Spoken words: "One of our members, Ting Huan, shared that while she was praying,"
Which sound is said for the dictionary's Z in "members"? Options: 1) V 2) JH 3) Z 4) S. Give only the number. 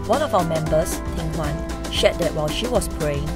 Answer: 4